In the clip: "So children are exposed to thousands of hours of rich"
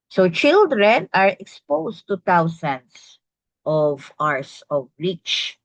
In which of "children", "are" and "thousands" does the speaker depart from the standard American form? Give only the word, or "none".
thousands